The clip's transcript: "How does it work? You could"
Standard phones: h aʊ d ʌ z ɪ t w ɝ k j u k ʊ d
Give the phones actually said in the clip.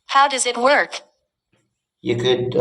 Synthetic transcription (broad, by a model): h aʊ d ʌ z ɪ t w ɝ k j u k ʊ d